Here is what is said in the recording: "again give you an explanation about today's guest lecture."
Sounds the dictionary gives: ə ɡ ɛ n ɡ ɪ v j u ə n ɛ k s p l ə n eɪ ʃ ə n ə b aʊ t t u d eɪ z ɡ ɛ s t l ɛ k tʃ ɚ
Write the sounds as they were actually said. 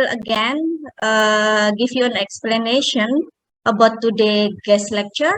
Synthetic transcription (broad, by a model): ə ɡ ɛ n ɡ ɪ f j u ə n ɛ k s p l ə n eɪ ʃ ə n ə b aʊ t t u d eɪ ɡ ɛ s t l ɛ k tʃ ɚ